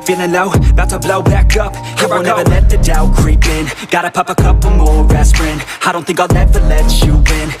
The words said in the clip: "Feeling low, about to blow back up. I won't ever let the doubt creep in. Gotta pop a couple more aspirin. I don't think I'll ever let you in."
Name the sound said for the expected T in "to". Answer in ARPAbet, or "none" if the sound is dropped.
S